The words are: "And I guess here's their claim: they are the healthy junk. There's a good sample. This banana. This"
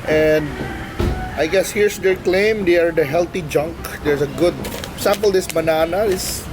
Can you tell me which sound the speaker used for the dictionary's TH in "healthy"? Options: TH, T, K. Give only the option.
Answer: T